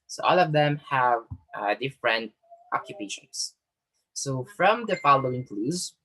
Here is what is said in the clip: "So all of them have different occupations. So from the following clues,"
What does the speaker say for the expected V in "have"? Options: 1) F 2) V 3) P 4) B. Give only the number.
2